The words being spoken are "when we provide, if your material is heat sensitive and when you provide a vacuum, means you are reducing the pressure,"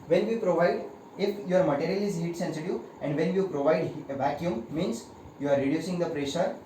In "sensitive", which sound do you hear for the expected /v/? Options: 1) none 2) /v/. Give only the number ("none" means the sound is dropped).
1